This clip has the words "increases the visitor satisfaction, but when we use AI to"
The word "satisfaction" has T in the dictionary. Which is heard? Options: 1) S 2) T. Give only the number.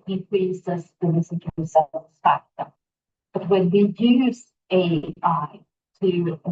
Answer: 1